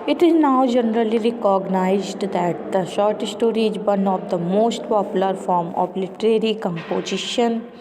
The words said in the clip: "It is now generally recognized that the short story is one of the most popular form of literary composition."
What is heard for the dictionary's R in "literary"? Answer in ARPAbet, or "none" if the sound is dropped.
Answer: R